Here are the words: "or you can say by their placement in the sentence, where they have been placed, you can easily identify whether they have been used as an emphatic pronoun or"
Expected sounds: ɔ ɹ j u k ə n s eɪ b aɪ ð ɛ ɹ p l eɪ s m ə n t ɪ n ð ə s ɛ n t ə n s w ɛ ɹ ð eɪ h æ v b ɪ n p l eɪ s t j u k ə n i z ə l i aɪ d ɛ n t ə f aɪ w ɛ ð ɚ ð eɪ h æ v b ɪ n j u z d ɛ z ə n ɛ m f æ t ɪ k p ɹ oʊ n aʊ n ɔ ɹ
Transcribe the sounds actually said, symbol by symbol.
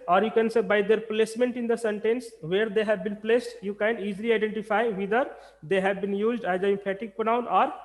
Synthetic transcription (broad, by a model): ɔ ɹ j u k ə n s eɪ b aɪ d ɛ ɹ p l eɪ s m ə n t ɪ n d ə s ɛ n t ə n s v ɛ ɹ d eɪ h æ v b ɪ n p l eɪ s t j u k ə n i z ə l i aɪ d ɛ n t ə f aɪ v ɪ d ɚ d eɪ h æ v b ɪ n j u z d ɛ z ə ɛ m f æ t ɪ k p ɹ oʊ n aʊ n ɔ ɹ